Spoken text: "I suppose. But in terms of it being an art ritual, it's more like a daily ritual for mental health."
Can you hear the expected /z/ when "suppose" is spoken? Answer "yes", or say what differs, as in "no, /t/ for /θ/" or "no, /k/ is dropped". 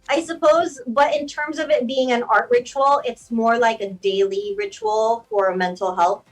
yes